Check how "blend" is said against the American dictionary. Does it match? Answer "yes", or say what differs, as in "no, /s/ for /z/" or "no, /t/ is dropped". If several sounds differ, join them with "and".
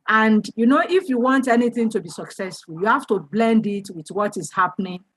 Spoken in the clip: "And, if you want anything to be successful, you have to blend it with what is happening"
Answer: yes